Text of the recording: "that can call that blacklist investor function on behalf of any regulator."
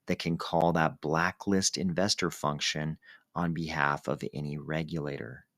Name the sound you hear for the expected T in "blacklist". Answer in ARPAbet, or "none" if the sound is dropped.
T